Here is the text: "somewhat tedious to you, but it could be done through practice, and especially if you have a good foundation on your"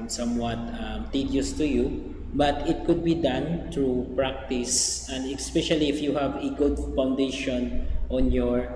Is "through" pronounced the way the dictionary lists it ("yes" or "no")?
no